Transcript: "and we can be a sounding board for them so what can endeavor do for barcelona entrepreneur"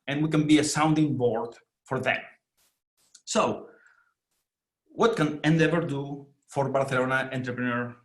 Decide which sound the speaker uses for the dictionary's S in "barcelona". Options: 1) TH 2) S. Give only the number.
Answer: 1